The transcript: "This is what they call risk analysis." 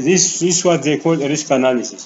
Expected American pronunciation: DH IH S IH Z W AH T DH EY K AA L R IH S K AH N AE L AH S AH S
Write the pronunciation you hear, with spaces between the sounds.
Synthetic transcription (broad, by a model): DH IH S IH S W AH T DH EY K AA L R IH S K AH N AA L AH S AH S